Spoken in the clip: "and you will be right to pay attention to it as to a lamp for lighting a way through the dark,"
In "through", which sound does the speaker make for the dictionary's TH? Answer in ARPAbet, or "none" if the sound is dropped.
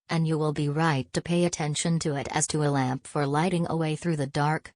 TH